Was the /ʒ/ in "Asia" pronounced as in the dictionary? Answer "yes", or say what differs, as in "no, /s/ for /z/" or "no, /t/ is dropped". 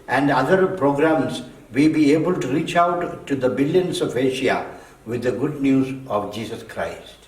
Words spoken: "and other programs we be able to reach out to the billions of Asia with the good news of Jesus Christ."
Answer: no, /ʃ/ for /ʒ/